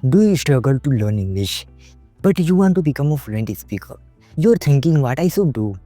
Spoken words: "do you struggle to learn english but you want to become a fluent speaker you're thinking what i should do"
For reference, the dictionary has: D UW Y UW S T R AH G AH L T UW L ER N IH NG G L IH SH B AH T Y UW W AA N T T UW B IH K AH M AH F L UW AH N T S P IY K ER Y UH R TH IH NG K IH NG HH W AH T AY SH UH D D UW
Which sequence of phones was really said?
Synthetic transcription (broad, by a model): D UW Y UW S T R AH G AH L T UW L ER N IH NG G L IH SH B AH T Y UW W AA N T T UW B IH K AH M AH F L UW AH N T S P IY K ER Y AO R T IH NG K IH NG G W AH T AY S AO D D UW